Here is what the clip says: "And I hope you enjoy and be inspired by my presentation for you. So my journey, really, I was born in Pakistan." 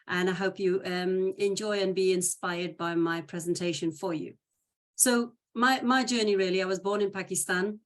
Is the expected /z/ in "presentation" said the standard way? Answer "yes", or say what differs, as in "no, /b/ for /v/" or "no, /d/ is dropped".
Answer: yes